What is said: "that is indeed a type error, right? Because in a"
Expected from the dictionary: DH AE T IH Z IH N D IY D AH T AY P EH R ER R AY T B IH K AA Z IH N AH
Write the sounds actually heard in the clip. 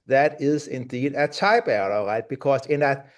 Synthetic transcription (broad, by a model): DH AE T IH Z IH N D IY D AH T AY B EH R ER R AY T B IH K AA S IH N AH